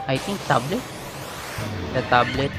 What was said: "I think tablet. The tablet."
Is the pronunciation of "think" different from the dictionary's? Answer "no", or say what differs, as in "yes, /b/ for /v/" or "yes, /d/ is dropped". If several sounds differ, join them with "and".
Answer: yes, /t/ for /θ/